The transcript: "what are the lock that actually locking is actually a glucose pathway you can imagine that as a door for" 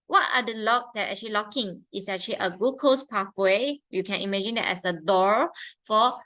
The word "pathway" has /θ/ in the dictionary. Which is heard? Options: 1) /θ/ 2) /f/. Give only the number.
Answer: 2